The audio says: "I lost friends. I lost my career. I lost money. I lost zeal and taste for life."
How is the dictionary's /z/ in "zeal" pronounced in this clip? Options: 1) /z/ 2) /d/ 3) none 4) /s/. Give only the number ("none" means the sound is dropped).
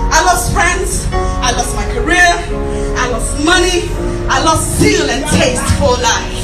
4